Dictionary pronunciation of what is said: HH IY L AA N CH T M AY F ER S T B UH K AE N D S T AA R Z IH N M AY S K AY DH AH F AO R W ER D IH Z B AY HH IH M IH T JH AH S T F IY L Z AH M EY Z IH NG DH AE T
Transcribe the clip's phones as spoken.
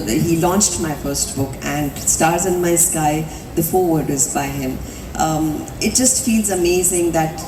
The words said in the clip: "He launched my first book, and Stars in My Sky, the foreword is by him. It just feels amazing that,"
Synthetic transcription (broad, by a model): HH IY L AA N CH T M AY F ER S T B UH K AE N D S T AA R Z IH N M AY S K AY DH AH F AO R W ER D IH Z B AY HH IH M IH T JH AH S T F IY L Z AH M EY Z IH NG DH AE T